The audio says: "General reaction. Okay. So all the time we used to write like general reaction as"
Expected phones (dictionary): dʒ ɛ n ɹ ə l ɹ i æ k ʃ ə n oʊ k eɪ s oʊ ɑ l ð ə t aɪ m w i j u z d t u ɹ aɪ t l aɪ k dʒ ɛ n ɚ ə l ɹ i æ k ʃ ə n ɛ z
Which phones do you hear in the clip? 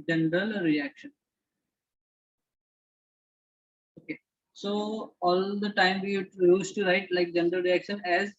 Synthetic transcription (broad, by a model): dʒ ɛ n ɹ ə l ɹ i æ k ʃ ə n oʊ k eɪ s oʊ ɑ l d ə t aɪ m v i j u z t u ɹ aɪ t l aɪ k dʒ ɛ n ɚ ə l ɹ i æ k ʃ ə n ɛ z